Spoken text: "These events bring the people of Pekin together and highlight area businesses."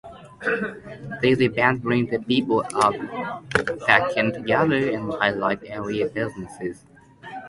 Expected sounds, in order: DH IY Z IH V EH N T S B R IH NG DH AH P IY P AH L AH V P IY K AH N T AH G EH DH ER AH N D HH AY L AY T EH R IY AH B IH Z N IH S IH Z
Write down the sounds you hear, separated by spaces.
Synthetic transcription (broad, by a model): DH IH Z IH B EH N B R IH NG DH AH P IY P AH L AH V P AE K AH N T AH G EH DH ER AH N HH AY L AY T EH R IY AH B IH Z N IH S IH Z